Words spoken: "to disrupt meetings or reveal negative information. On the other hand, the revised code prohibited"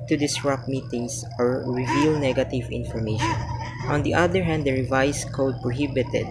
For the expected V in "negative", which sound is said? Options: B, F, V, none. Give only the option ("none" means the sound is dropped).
V